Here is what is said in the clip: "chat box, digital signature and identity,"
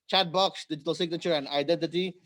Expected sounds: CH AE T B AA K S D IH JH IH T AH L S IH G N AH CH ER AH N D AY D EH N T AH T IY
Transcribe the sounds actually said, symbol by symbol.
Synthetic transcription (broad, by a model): CH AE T B AA K S D IH JH IH T AH L S IH G N AH CH ER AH N AY D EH N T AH T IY